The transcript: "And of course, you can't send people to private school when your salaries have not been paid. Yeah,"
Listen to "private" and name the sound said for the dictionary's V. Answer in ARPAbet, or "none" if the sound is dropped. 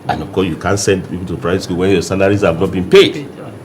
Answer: none